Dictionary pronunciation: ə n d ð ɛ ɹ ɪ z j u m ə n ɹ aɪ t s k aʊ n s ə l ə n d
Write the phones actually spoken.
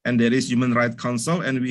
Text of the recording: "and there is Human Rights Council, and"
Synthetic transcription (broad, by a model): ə n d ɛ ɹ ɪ s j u m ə n ɹ aɪ t k aʊ n s ə l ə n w